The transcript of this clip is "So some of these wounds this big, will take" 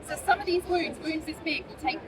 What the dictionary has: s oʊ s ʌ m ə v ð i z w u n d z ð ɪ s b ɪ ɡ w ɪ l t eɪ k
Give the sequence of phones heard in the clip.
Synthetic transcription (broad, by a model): s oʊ s ʌ m ə v ð i z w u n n z ð ɪ s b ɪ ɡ w ɪ l t eɪ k